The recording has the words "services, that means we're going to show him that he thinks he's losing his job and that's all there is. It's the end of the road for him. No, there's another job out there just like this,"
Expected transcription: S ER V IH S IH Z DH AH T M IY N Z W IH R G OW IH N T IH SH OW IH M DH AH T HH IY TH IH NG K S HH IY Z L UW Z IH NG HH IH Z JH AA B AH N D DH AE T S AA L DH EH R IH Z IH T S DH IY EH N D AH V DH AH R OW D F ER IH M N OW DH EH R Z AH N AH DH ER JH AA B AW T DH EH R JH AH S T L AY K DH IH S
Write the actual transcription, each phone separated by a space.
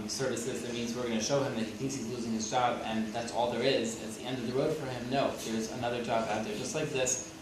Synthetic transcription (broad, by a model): S ER V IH S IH Z DH AH T M IY N Z W IH R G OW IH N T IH SH OW IH M DH AH T HH IY TH IH NG K S HH IY Z L UW Z IH NG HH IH Z JH AA B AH N DH AE T S AA L DH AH R IH Z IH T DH IY EH N D AH V DH AH R OW D F ER IH M N OW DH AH R Z AH N AH DH ER JH AA B AW T DH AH R JH AH S T L AY K DH IH S